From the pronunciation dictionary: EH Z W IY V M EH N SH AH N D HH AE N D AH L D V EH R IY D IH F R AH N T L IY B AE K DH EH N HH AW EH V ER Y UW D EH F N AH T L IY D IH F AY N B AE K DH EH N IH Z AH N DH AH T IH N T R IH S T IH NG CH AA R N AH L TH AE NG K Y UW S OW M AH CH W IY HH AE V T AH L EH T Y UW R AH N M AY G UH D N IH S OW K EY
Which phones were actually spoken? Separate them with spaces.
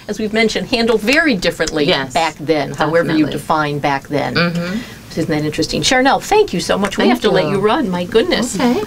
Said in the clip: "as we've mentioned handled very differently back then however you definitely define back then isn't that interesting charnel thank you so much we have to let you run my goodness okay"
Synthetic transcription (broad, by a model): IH Z W IY V M EH N SH AH N D HH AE N D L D V EH R IY D IH F R AH N T L IY B AE K DH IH N HH AW EH V ER Y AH D IH F AY N B AE K DH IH N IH Z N DH AH T IH N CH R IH S T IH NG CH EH R N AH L TH AE NG K Y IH S OW M AH CH W IY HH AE F T AH L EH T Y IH R AH N M AY G UH D N IH S